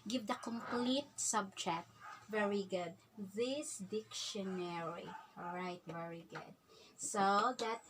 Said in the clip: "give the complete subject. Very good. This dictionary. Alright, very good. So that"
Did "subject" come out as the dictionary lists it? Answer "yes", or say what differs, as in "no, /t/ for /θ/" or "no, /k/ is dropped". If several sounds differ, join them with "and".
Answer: no, /tʃ/ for /dʒ/ and /k/ is dropped